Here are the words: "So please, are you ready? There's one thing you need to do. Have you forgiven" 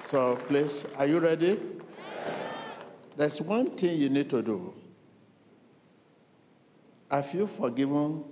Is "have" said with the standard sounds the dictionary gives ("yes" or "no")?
no